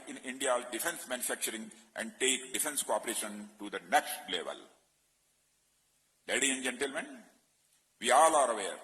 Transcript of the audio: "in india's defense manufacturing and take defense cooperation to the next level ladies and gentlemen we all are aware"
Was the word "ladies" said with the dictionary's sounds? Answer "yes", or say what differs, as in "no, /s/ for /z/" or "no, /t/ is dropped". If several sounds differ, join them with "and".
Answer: no, /z/ is dropped